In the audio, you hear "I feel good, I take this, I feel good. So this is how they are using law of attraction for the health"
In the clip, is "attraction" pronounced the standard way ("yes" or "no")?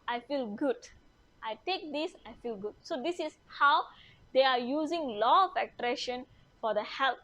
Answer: no